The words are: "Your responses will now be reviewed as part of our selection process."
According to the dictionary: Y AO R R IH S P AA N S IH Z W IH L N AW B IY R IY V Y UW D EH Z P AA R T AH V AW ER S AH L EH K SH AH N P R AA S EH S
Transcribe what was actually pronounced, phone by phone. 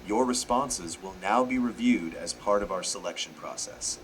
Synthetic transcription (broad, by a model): Y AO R R IH S P AA N S IH Z W IH L N AW B IY R IY V Y UW D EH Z P AA R T AH V AW ER S AH L EH K SH AH N P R AA S EH S